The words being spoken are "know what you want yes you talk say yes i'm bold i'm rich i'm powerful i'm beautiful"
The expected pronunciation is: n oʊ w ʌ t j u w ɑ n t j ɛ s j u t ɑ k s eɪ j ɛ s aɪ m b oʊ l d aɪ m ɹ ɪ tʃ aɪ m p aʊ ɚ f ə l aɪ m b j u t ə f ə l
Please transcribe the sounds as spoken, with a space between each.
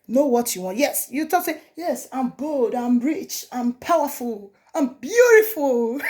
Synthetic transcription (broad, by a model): n oʊ w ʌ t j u w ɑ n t j ɛ s j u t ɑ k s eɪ j ɛ s aɪ m b oʊ l d aɪ m ɹ ɪ tʃ aɪ m p aʊ ɚ f ə l aɪ m b j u t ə f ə l